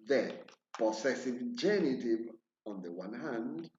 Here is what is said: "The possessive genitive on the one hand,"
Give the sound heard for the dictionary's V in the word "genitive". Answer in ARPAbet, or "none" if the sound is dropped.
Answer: V